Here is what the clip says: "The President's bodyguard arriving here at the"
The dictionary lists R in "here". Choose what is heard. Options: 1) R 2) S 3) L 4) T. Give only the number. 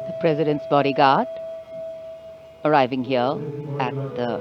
3